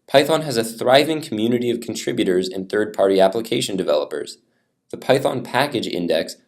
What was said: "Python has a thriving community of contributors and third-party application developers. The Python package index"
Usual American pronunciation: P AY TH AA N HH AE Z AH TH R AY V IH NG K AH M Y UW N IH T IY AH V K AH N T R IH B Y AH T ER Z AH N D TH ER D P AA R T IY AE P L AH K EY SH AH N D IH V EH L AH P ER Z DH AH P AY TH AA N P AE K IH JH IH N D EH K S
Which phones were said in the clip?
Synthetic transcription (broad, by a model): P AY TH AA N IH Z AH TH R AY V IH NG K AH M Y UW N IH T IY AH V K N T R IH B Y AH T ER Z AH N TH ER D P AA R T IY AE P L AH K EY SH AH N D IH V EH L AH P ER Z DH AH P AY TH AA N P AE K IH JH IH N D EH K S